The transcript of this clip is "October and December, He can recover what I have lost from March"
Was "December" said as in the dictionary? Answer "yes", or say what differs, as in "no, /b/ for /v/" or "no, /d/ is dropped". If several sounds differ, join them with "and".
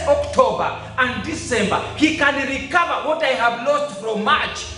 yes